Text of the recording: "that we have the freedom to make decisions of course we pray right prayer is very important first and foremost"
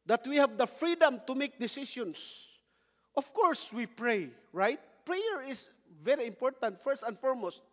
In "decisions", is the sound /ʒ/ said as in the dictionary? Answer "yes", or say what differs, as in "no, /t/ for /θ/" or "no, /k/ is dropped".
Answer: no, /s/ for /ʒ/